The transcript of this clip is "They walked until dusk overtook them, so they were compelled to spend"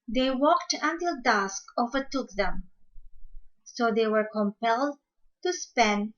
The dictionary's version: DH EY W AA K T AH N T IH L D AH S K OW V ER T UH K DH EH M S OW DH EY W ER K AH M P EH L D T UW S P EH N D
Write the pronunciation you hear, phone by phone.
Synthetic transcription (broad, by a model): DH EY W AA K T AH N T IH L D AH S K OW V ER T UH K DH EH M S OW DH EY W ER K AH M P EH L D T UW S P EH N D